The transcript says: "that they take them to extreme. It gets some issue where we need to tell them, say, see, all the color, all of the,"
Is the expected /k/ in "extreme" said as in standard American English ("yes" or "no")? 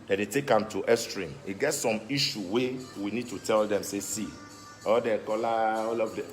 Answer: no